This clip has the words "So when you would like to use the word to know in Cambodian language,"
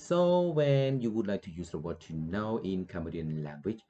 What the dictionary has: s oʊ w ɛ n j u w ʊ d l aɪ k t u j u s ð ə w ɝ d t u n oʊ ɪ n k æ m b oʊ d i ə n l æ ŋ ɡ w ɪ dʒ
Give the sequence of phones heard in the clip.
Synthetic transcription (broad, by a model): s oʊ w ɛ n j u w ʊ d l aɪ k t u j u s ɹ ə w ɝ t u n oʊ ɪ n k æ m oʊ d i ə n l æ ŋ ɡ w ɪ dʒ